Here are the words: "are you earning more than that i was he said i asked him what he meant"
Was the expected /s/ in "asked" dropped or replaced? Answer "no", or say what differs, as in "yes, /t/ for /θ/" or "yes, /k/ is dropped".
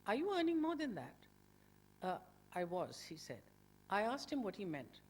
no